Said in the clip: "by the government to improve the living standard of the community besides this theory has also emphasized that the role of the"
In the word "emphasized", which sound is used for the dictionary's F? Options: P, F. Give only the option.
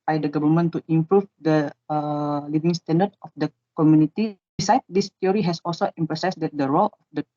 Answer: P